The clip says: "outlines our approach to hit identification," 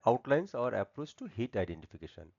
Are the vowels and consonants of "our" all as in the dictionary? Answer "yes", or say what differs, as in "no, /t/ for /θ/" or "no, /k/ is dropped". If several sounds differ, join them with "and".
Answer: yes